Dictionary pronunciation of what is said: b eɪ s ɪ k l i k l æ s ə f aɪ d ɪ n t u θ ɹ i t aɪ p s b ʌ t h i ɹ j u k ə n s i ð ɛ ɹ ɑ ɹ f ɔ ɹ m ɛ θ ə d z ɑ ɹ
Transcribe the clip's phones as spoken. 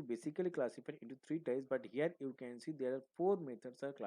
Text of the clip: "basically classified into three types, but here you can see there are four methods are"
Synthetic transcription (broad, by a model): b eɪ s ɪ k l i k l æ s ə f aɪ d ɪ n t u t ɹ i t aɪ s b ʌ t h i ɹ j u k ə n s i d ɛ ɹ ɑ ɹ f ɔ ɹ m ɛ t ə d s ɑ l